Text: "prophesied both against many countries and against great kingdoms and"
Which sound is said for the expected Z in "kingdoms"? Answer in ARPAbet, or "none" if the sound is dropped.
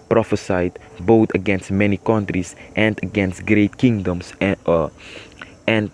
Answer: S